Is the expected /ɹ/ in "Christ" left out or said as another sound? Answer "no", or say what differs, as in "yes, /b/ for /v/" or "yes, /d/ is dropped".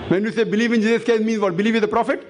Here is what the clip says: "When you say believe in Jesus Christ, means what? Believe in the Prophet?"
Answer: yes, /ɹ/ is dropped